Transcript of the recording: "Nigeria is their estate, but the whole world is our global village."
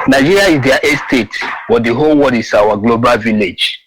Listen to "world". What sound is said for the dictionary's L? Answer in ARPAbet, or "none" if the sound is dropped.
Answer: none